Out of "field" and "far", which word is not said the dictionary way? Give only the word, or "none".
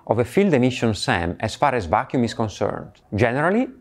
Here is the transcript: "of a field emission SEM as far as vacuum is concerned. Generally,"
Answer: none